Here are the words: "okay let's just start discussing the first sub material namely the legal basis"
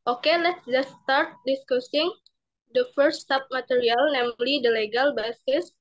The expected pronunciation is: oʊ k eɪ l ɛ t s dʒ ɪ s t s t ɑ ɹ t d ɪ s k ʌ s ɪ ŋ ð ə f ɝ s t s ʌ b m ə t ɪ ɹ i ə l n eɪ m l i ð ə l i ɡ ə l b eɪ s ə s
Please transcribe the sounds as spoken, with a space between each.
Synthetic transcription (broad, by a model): oʊ k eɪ l ɛ t s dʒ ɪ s s t ɑ ɹ t d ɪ s k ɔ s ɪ ŋ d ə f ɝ t s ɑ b m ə t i ɹ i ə l n eɪ m l i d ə l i ɡ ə l b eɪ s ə s